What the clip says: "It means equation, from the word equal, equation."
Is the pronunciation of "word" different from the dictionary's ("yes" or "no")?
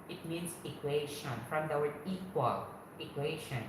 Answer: yes